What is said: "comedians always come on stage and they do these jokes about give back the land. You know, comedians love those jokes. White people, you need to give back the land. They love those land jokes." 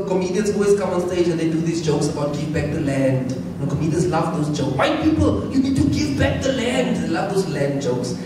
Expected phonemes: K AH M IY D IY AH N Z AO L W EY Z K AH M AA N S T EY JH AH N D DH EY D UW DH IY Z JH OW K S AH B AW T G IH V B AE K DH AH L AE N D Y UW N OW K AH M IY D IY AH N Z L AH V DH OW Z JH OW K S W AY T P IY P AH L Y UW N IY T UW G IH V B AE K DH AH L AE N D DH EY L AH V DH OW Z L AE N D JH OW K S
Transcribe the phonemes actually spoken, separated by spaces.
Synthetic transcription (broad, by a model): K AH M IY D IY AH N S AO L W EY S K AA M AA N S T EY JH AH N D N D UW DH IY S JH OW K S AH B AW T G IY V B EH K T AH L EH N D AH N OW K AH M IY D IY AH N S L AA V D OW S JH OW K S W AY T P IY P AH L Y UW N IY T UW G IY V B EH K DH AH L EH N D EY L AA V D OW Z L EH N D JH OW K S